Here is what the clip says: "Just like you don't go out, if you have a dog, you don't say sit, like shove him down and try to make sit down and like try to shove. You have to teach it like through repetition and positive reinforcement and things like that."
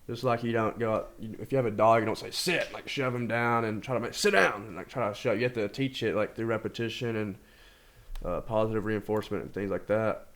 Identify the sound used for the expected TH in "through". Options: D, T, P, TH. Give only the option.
TH